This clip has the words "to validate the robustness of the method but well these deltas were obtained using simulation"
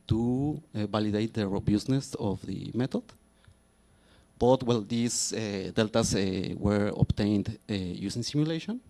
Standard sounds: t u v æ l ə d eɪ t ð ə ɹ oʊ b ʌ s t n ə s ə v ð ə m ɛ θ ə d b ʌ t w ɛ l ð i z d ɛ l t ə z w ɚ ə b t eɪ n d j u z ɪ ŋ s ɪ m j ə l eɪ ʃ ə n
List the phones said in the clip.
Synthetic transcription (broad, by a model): t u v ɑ l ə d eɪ t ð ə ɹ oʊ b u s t n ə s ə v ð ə m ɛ t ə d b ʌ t w ɛ l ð i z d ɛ l t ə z w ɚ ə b t eɪ n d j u s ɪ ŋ s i m j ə l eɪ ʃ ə n